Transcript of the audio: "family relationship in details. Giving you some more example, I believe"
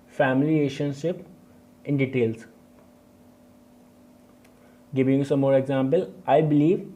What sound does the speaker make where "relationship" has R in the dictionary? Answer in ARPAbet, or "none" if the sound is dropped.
L